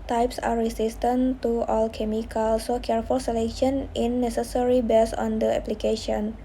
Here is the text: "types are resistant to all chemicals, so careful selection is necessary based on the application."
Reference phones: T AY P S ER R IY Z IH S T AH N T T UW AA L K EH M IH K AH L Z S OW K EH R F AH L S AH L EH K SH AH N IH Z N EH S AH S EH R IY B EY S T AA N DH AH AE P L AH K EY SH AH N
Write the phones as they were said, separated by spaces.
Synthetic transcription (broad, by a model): T AY P S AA R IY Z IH S T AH N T T UW AA L K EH M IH K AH L S OW K EH R F AH L S AH L EH K SH AH N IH N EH S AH S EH R IY B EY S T AA N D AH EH P L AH K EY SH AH N